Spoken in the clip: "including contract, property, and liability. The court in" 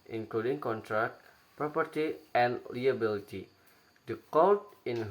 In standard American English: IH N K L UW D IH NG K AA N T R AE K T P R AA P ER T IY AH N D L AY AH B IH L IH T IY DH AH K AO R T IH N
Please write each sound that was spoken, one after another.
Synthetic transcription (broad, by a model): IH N K L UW D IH NG K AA N T R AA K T P R AA P ER T IY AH N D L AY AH B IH L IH T IY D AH K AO L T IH N